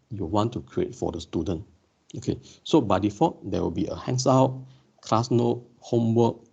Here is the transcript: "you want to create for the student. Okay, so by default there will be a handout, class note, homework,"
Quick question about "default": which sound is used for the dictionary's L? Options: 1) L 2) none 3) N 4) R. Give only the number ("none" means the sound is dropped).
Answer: 2